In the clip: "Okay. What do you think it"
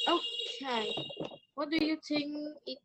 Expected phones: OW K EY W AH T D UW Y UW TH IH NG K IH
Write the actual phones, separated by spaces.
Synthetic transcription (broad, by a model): OW K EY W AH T D UW Y UW T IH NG IH